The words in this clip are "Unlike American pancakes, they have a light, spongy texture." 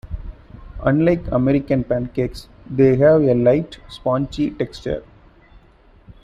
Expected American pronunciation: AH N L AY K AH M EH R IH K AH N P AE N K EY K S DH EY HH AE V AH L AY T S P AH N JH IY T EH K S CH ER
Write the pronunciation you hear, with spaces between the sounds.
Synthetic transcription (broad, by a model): AH N L AY K AH M EH R IH K AH N P AE N K EY K S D EY HH AE V AH L AY T S P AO N CH IY T EH K S CH ER